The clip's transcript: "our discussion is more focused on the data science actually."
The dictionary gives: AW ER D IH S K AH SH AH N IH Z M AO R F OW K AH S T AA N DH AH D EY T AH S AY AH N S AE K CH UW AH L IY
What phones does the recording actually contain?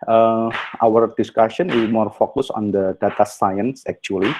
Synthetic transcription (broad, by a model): AW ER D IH S K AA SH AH N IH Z M AO R F OW K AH S AA N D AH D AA T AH S AY AH N S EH K CH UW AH L IY